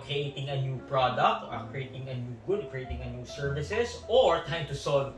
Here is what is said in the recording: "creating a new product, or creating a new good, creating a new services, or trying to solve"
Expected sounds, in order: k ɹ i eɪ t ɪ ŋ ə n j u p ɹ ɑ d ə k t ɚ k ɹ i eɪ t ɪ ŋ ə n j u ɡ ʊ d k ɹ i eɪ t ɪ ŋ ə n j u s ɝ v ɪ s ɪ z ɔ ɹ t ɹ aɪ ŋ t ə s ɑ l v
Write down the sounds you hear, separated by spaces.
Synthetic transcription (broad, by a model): k ɹ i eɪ t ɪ ŋ ə n j u p ɹ ɑ d ə k t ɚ k ɹ i eɪ t ɪ ŋ ə n j u ɡ ʊ d k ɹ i eɪ t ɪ ŋ ə n j u s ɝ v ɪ s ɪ s ɔ ɹ t aɪ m t ə s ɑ l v